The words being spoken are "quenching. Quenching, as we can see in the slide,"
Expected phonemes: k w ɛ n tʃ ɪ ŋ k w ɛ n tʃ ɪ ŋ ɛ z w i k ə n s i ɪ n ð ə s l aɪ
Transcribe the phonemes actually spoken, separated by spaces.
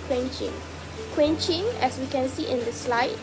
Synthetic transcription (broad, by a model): k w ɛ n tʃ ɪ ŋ k w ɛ n tʃ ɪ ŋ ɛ s w i k ə n s i ɪ n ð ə s l aɪ